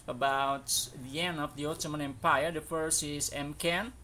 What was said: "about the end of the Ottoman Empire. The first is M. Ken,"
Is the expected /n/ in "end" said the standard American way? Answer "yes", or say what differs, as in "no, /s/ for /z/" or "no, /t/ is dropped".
yes